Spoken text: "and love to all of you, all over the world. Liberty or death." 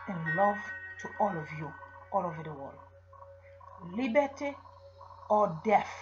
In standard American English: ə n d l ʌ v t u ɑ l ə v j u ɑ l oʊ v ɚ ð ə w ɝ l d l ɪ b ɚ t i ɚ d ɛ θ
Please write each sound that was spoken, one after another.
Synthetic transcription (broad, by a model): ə n l ʌ v t u ɑ l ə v j u ɑ l oʊ v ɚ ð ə w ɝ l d l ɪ b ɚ t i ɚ d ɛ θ